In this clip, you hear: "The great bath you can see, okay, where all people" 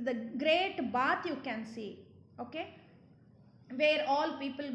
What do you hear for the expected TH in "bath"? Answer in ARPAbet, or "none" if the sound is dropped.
T